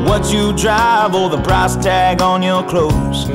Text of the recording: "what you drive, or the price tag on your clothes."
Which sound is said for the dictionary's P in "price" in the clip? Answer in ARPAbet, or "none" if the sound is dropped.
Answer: B